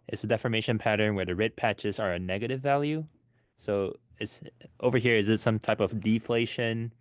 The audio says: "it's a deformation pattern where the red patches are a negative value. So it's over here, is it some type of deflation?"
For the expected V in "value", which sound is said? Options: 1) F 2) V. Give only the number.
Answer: 2